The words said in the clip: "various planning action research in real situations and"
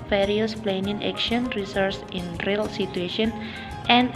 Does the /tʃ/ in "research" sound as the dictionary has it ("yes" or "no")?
no